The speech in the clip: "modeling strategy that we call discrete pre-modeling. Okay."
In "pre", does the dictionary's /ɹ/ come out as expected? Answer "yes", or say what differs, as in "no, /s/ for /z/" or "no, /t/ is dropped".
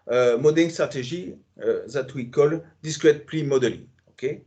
no, /l/ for /ɹ/